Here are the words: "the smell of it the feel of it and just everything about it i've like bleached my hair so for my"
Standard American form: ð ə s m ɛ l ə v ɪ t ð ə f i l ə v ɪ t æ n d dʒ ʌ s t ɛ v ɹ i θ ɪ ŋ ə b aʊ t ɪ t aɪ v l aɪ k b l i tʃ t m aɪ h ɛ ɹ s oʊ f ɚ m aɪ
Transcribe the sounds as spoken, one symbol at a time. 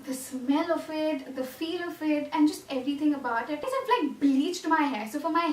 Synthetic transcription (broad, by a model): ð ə s m ɛ l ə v ɪ t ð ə f i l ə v ɪ t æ n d dʒ ʌ s t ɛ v ɹ i t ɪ ŋ ə b aʊ t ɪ t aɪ f l aɪ k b l i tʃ t m aɪ h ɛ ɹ s oʊ f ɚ m aɪ